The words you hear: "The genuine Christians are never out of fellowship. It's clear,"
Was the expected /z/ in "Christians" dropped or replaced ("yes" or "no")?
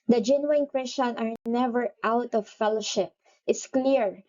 yes